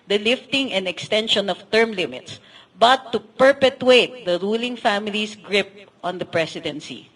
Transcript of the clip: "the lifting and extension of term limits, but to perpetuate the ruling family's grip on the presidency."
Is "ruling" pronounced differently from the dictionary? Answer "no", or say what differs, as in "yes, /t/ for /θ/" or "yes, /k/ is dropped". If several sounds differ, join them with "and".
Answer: no